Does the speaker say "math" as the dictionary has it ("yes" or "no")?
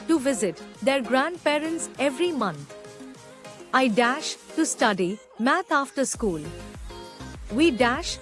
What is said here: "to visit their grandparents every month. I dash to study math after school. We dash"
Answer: no